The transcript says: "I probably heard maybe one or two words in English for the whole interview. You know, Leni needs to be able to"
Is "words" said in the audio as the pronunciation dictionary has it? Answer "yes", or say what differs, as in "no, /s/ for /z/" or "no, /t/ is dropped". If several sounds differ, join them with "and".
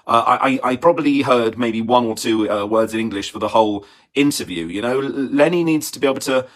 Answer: yes